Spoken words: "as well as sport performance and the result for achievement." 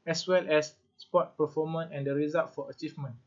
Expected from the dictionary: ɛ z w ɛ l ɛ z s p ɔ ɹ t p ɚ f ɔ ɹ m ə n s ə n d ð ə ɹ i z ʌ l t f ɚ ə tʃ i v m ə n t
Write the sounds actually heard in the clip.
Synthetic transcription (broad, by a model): ɛ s w ɛ l ɛ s s p ɔ t p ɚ f ɔ m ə n ə n d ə ɹ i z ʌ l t f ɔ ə tʃ i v m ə n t